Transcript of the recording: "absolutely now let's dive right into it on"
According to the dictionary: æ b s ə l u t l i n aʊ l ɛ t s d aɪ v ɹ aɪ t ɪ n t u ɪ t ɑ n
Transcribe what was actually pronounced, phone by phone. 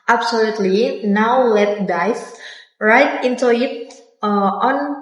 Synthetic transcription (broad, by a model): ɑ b s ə l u t l i n aʊ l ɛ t d aɪ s ɹ aɪ t ɪ n t u ɪ t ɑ n